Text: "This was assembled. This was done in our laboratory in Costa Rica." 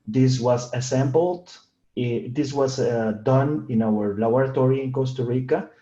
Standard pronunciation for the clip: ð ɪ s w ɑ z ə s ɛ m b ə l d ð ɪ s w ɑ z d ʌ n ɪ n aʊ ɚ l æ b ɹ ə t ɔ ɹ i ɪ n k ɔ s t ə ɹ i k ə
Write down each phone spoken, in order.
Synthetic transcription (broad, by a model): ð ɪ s w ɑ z ə s ɛ m b ə l d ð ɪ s w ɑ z d ʌ n ɪ n aʊ ɚ l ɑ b ɹ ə t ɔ ɹ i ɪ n k ɔ s t ə ɹ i k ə